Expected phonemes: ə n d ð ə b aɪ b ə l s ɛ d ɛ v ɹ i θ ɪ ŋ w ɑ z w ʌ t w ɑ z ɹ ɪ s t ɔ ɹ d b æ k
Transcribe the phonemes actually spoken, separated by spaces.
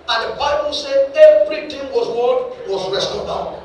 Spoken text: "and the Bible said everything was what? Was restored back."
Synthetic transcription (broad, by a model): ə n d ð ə b aɪ b ə l s ɛ d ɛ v ɹ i t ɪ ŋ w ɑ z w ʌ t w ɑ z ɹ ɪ s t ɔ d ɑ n